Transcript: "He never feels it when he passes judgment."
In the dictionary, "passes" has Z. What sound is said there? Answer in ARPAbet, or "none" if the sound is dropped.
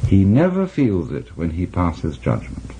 Z